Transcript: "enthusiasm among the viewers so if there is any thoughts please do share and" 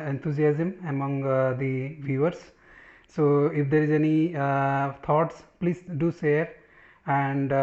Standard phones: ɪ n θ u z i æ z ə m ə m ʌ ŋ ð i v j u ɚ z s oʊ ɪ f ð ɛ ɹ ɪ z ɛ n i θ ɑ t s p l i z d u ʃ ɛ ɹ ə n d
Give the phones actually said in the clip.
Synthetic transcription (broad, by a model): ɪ n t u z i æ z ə m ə m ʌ ŋ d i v j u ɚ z s oʊ ɪ f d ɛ ɹ ɪ z ɛ n i t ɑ t s p l i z d u s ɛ ɹ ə n d